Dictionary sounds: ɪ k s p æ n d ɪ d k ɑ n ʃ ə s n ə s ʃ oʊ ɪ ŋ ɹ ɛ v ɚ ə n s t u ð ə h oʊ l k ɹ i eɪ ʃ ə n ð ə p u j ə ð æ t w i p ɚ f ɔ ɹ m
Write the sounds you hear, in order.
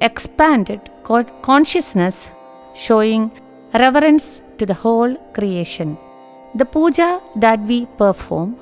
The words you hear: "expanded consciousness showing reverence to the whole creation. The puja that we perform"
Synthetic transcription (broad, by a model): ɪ k s p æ n d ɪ d k ɑ n ʃ ə s n ə s ʃ oʊ ɪ ŋ ɹ ɛ v ɚ ə n s t u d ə h oʊ l k ɹ i eɪ ʃ ə n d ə p u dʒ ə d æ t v i p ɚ f ɔ ɹ m